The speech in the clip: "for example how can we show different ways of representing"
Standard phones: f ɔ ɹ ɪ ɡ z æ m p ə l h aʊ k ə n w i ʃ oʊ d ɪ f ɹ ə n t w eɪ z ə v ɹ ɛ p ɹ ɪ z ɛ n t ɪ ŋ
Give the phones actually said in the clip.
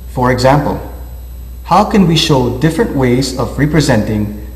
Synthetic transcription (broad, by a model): f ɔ ɹ ɪ ɡ z æ m p ə l h aʊ k ə n w i ʃ oʊ d ɪ f ɹ ə n t w eɪ z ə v ɹ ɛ p ɹ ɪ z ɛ n t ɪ ŋ